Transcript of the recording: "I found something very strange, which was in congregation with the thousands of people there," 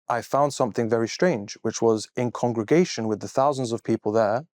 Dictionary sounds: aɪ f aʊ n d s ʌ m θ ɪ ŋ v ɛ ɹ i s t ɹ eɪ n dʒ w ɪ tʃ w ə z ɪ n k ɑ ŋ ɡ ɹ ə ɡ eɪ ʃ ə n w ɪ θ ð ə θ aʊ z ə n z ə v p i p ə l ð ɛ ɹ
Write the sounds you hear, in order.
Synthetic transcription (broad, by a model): aɪ f aʊ n d s ʌ m θ ɪ ŋ v ɛ ɹ i s t ɹ eɪ n dʒ w ɪ tʃ w ə z ɪ n k ɑ ŋ ɡ ɹ ə ɡ eɪ ʃ ə n w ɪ ð ə θ aʊ z ə n z ə v p i p ə l ð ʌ ɹ